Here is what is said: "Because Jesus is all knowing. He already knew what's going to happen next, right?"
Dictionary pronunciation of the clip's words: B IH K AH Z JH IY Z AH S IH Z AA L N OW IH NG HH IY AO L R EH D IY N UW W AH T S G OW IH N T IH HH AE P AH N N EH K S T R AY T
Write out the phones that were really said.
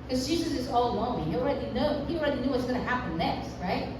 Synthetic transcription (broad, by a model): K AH Z JH IY Z AH S IH Z AA L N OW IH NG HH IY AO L R EH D IY N UW W AH T S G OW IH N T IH HH AE P AH N N EH K S T R AY T